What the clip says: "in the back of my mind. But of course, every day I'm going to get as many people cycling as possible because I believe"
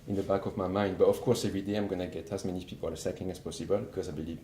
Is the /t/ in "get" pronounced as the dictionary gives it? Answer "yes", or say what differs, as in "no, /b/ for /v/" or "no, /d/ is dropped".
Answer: yes